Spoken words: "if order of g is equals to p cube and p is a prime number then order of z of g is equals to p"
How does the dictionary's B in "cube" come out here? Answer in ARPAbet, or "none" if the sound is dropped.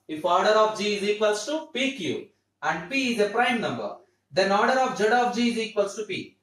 none